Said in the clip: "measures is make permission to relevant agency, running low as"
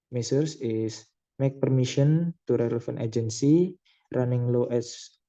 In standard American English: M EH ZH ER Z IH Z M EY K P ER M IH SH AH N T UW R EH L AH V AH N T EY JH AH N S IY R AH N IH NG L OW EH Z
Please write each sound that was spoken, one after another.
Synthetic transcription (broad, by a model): M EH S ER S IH S M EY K P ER M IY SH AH N T UW R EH L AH F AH N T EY JH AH N S IY R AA N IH NG L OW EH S